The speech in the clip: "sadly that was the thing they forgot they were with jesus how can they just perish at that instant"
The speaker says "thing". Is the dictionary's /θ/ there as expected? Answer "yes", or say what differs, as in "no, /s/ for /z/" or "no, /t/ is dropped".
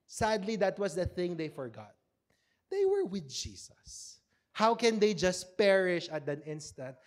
yes